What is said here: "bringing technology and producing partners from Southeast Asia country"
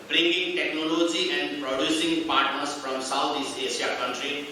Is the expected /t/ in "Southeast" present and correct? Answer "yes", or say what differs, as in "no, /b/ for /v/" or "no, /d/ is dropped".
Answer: no, /t/ is dropped